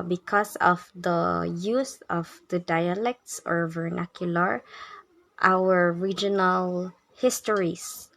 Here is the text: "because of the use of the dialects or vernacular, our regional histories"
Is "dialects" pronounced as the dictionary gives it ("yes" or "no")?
yes